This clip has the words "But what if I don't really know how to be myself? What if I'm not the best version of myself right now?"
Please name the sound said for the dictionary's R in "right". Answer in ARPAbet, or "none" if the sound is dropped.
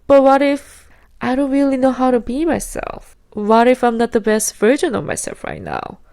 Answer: R